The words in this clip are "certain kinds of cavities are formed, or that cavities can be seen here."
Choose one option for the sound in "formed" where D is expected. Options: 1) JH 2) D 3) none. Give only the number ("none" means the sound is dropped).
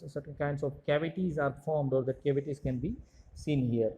2